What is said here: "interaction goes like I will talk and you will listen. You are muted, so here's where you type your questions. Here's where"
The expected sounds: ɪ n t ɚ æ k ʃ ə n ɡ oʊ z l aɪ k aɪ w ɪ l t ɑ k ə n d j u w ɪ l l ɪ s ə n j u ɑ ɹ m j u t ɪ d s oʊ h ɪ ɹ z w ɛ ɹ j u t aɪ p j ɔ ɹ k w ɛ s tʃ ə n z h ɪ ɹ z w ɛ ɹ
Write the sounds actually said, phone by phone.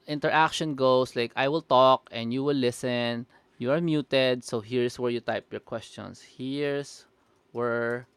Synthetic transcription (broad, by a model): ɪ n t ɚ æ k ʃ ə n ɡ oʊ s l aɪ k aɪ w ɪ l t ɑ k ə n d j u w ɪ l l ɪ s ə n j u ɑ ɹ m j u t ɪ d s oʊ h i ɹ s w ɛ ɹ j u t aɪ p j ɔ ɹ k w ɛ s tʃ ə n s h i ɹ s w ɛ ɹ